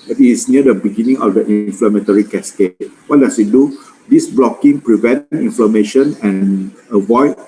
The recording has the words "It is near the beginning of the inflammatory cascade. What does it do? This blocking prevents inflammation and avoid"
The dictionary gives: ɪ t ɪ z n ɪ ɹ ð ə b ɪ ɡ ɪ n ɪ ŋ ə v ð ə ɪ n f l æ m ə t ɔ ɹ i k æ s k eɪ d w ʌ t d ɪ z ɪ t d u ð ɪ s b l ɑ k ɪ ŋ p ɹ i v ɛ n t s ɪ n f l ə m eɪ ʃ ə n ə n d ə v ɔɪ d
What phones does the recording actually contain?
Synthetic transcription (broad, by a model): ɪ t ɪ s n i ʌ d ə b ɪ ɡ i n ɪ ŋ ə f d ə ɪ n f l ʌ m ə t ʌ ɹ i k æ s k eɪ w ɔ t d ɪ s ɪ t d u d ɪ s b l ɑ k ɪ ŋ p ɹ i v ɛ n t i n f l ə m eɪ ʃ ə n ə n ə v ɔɪ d